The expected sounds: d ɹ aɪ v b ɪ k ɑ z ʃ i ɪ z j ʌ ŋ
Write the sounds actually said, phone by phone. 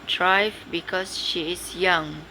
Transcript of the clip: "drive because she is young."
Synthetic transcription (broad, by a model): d ɹ aɪ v b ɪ k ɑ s ʃ i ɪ s j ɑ ŋ